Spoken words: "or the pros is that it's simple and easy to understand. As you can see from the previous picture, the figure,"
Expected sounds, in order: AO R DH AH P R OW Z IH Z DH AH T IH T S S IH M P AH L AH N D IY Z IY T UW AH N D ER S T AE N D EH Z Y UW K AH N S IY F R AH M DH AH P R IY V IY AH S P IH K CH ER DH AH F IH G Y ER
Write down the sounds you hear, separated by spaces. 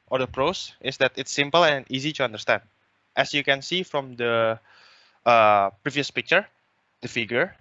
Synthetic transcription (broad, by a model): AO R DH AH P R OW S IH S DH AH T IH T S S IH M P AH L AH N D IY Z IY T UW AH N D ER S T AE N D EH S Y UW K AH N S IY F R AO M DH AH P R IY V IY AH S P IH K CH ER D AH F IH G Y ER